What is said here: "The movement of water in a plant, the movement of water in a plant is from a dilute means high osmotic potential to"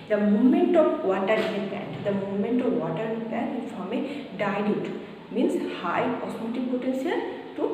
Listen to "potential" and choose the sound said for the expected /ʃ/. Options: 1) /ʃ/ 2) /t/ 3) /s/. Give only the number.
3